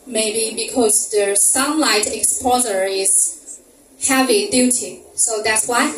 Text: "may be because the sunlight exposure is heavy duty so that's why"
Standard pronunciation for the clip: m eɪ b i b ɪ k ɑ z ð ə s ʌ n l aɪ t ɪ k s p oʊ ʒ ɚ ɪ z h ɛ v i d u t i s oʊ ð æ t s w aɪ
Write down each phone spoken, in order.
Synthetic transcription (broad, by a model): m eɪ b i b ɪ k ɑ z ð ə s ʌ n l aɪ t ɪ k s p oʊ z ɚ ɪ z h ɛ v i d u t i s oʊ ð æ t s w aɪ